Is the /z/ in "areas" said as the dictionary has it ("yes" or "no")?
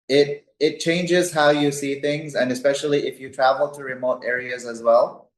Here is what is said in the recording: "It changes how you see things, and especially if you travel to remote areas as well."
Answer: yes